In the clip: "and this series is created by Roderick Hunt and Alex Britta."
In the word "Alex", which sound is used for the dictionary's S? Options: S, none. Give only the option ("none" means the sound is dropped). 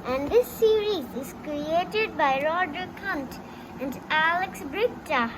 S